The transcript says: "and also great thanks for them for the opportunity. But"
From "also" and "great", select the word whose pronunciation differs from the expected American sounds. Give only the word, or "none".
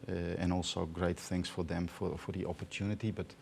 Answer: none